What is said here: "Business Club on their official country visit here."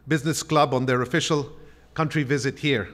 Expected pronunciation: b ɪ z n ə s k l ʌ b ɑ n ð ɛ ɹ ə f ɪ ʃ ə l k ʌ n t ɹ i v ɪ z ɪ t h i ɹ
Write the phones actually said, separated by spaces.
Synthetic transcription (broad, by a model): b ɪ z n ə s k l ʌ b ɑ n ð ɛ ɹ ə f ɪ ʃ ə l k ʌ n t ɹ i v ɪ z ɪ t h i ɹ